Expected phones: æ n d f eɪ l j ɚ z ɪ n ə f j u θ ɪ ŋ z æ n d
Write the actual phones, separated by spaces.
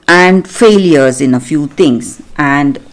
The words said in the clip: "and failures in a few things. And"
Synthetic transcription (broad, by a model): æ n d f eɪ l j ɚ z ɪ n ə f j u t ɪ ŋ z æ n d